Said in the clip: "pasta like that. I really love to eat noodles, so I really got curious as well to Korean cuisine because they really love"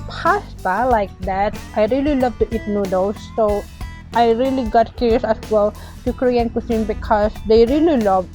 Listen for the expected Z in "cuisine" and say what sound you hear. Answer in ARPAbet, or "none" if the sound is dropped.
S